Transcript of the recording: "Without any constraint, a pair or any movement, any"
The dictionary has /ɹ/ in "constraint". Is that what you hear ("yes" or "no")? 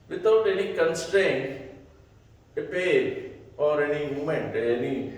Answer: yes